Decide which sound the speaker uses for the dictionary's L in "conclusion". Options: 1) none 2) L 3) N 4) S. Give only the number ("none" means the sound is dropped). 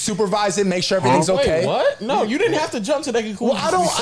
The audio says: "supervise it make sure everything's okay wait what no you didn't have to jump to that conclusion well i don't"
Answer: 1